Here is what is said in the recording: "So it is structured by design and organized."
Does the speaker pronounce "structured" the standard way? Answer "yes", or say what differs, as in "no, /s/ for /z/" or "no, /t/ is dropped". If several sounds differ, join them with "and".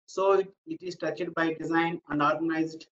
no, /ɹ/ is dropped and /k/ is dropped